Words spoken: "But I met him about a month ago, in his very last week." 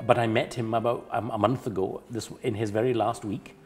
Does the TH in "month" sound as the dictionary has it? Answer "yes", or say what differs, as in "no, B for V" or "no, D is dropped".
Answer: yes